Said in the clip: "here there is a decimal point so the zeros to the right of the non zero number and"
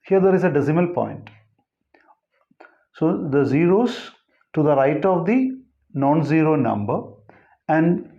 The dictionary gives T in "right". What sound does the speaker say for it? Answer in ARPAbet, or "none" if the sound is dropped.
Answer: T